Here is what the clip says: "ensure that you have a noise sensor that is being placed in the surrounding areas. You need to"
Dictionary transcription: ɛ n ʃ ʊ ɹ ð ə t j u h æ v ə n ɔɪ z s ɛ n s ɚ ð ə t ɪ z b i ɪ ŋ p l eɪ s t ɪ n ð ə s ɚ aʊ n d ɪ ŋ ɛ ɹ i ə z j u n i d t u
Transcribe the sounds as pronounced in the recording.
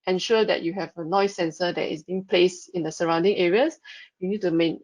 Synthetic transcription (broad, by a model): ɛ n ʃ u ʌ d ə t j u h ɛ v ə n ɔɪ s ɛ n s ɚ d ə t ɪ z b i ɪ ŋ p l eɪ s t ɪ n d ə s ɚ aʊ n d ɪ ŋ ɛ ɹ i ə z j u n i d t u